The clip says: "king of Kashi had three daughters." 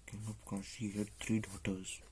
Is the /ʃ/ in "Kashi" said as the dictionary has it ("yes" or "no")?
no